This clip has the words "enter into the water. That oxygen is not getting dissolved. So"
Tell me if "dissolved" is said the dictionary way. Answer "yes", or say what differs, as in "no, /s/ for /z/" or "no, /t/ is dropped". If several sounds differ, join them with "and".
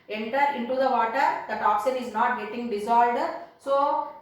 no, /v/ is dropped